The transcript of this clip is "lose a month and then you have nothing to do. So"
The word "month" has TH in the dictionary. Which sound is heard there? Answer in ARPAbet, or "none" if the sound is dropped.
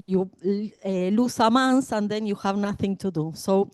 S